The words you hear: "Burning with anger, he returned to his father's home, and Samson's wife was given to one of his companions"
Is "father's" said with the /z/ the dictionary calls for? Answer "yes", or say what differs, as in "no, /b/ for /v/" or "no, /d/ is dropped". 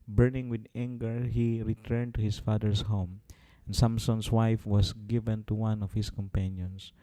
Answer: no, /s/ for /z/